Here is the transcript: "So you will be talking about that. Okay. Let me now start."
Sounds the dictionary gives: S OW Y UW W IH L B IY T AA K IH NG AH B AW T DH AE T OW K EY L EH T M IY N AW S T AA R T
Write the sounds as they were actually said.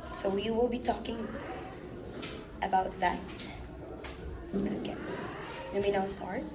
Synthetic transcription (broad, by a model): S OW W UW W IH L B IY T AA K IH NG AH B AW T DH AE T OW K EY N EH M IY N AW S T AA R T